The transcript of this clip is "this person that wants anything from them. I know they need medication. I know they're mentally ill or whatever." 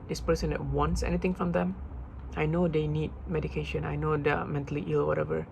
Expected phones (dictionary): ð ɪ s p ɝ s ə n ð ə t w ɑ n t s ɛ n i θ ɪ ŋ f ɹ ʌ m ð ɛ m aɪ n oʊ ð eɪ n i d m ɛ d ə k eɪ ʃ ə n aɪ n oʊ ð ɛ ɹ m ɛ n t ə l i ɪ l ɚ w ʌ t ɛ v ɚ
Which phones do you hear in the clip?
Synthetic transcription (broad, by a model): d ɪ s p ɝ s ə n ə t w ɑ n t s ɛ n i t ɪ ŋ f ɹ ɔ m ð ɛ m aɪ n oʊ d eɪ n i d m ɛ d ə k eɪ ʃ ə n aɪ n oʊ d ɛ m ɛ n t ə l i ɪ l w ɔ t ɛ v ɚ